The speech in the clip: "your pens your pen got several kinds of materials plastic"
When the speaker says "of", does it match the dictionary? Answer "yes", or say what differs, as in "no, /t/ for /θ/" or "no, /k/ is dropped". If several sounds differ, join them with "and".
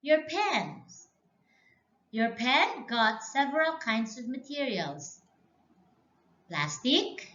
yes